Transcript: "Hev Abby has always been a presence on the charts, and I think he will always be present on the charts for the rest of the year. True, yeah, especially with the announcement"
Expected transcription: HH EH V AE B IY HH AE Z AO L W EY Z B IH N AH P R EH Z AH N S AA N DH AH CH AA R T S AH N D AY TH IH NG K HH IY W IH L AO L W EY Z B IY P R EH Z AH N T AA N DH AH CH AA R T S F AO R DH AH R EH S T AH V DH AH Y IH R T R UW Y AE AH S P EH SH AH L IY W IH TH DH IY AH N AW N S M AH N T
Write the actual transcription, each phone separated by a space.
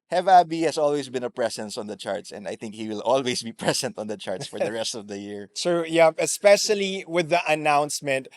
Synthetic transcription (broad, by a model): HH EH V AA B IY HH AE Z AO L W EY S B IH N AH P R EH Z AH N S AA N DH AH CH AA R T S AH N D AY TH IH NG K HH IY W IH L AO L W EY S B IY P R EH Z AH N T AA N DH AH CH AA R T S F AO R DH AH R EH S T AH V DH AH Y IH R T R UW Y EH AH S P EH SH AH L IY W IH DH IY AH N AW N S M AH N T